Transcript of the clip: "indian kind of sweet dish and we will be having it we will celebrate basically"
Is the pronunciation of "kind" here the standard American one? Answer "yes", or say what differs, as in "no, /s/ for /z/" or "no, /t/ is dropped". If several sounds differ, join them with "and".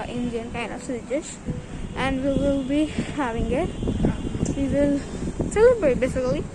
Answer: no, /d/ is dropped